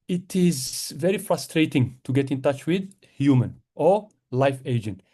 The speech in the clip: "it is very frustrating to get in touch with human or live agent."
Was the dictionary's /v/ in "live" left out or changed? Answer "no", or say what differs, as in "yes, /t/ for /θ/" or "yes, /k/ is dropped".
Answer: yes, /f/ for /v/